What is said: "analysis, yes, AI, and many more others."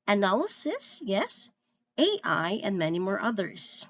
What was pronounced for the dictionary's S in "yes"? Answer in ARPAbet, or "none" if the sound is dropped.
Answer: S